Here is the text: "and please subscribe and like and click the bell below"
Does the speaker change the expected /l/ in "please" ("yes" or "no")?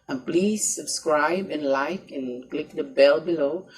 no